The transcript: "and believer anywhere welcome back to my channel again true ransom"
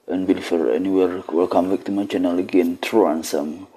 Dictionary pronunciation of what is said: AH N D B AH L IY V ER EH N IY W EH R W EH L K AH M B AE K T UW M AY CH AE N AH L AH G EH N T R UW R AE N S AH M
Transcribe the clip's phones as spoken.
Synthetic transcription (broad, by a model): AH N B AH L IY F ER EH N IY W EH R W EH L K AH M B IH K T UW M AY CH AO N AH L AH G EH N T R UW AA N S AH M